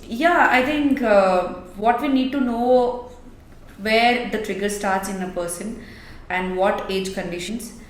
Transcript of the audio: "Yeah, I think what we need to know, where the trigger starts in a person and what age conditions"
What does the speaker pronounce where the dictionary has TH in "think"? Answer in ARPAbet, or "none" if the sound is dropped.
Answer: T